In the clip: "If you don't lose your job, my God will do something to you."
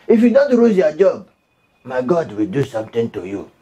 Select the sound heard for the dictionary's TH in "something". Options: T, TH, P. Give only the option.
T